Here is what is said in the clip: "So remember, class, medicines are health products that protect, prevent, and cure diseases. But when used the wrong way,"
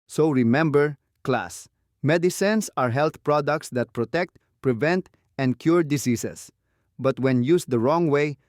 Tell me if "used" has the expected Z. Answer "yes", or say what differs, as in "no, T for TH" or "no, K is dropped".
no, S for Z